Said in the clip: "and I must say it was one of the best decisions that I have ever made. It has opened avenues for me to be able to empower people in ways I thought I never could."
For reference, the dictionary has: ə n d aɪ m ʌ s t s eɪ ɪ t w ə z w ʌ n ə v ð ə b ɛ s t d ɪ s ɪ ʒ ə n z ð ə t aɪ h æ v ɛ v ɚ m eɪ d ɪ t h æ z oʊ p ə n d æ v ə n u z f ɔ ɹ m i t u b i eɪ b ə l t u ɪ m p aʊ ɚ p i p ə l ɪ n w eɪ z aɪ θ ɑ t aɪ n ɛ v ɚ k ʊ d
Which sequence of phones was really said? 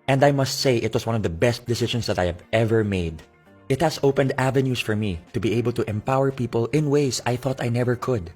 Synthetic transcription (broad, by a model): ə n d aɪ m ʌ s t s eɪ ɪ t w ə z w ʌ n ə v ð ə b ɛ s t d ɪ s ɪ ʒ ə n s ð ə t aɪ h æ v ɛ v ɚ m eɪ d ɪ t h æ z oʊ p ə n d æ v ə n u s f ɔ ɹ m i t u b i eɪ b ə l t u ɪ m p aʊ ɚ p i p ə l ɪ n w eɪ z aɪ θ ɑ t aɪ n ɛ v ɚ k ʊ d